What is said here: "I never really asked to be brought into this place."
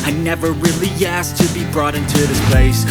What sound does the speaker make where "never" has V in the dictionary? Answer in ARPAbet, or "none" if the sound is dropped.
V